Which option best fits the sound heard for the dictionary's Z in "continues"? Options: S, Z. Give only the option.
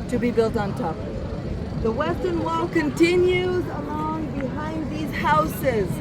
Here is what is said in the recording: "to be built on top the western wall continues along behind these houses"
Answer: Z